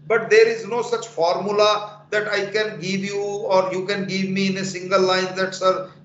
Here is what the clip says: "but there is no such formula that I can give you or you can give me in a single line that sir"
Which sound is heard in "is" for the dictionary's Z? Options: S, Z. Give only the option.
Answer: Z